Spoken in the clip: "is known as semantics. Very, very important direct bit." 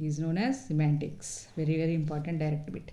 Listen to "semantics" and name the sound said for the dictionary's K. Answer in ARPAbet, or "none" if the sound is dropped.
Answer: K